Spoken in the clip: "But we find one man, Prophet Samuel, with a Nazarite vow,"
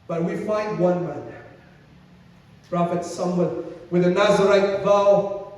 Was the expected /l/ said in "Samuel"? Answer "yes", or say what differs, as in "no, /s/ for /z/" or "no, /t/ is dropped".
no, /n/ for /l/